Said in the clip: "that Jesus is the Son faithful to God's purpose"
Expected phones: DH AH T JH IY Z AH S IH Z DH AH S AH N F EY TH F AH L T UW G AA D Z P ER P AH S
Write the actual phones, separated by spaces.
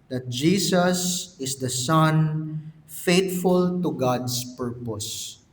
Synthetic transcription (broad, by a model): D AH T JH IY S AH S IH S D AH S AH N F EY T F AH L T UW G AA D S P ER P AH S